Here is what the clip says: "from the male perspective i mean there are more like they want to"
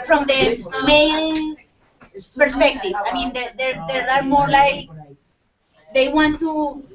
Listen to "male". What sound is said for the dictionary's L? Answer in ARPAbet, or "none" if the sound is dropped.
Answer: N